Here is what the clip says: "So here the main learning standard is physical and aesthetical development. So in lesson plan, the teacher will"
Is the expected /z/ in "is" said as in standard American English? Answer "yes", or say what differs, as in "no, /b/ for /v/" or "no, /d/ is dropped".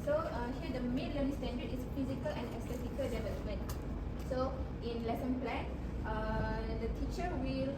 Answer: no, /s/ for /z/